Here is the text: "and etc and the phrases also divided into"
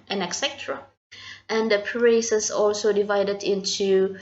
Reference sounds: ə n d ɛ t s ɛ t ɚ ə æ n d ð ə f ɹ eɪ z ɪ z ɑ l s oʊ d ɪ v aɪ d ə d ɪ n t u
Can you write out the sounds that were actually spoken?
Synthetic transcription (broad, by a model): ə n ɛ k s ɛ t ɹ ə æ n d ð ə p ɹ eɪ s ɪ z ɑ l s oʊ d ɪ v aɪ d ə d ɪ n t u